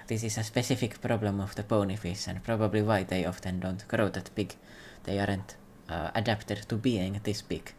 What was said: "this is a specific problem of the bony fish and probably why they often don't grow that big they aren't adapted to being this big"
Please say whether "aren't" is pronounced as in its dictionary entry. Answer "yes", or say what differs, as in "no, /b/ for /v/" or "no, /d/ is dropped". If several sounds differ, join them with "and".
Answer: yes